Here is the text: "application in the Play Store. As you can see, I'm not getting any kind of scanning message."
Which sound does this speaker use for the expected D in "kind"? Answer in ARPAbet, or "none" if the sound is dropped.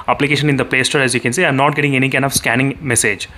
none